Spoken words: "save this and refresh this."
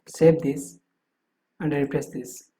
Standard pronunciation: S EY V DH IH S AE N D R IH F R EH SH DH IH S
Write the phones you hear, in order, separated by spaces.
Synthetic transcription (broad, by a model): S EY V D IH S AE N D R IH P R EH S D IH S